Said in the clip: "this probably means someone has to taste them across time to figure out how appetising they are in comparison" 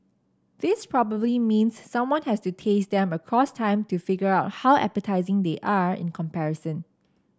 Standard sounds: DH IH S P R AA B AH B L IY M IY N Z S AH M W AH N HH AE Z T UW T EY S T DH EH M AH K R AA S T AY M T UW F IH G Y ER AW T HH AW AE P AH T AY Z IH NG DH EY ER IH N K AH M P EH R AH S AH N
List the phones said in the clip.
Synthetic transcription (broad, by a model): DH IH S P R AA B AH B L IY M IY N S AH M W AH N HH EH S T UW T EY S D EH M AH K R AA S T AY M T UW F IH G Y ER AW T HH AW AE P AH T AY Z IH NG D EY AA IH N K AH M P EH R AH S AH N